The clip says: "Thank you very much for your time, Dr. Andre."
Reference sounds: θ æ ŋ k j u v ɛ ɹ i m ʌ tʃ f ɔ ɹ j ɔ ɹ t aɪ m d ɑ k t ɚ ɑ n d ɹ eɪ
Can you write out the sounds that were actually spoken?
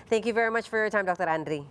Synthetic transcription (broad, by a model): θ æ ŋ k j u v ɛ ɹ i m ʌ tʃ f ɔ ɹ j ɔ ɹ t aɪ m d ɑ k t ɚ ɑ n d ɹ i